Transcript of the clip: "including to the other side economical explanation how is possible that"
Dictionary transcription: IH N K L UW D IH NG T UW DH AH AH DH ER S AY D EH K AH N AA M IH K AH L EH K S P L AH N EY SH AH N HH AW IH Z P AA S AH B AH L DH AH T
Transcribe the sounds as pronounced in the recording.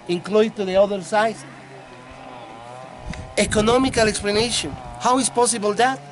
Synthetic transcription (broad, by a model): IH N K L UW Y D T UW DH AH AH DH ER S AY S EH K AH N AA M IH K AH L EH K S P L AH N EY SH AH N HH AW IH S P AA S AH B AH L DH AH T